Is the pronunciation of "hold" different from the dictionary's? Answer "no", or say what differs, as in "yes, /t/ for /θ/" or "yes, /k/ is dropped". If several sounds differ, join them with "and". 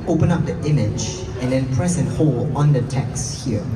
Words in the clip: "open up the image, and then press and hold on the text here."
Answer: yes, /d/ is dropped